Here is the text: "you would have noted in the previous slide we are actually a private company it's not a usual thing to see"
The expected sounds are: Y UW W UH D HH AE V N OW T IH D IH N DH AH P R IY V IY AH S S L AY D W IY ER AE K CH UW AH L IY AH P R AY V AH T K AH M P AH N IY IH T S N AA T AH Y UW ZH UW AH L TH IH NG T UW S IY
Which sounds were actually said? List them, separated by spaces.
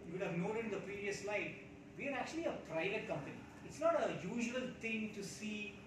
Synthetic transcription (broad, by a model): Y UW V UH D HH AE V N OW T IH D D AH P R IY V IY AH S S L AY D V IY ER AE K CH UW AH L IY AH P R AY V AH T K AH M P AH N IY IH T S N AA T AH Y UW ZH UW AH L T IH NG T UW S IY